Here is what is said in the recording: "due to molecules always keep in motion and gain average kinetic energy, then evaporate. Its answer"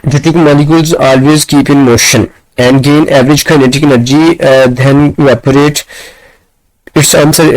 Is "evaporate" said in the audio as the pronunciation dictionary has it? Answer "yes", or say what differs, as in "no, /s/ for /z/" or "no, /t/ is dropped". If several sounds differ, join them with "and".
no, /v/ is dropped